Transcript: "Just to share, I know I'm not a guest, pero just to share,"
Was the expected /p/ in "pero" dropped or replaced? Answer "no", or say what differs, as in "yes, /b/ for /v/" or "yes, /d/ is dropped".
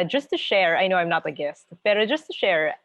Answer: yes, /b/ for /p/